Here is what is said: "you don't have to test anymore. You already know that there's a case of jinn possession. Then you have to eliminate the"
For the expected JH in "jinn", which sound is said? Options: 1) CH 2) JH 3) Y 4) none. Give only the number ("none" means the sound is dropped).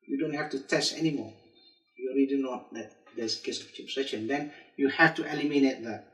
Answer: 1